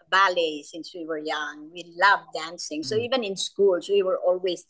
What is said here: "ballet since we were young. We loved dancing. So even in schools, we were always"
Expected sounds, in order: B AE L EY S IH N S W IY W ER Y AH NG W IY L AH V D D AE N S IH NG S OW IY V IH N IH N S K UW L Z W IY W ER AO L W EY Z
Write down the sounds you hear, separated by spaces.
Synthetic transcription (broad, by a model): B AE L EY S IH N S W IY W ER Y AH NG W IY L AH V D D AE N S IH NG S OW IY V IH N IH N S K UW L S W IY W ER AO L W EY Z